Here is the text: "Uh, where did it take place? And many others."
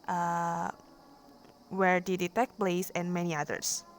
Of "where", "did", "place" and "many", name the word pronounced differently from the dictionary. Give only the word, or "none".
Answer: place